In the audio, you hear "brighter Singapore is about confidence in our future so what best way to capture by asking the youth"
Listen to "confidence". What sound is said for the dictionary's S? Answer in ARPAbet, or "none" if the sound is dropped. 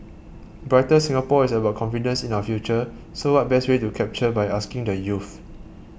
S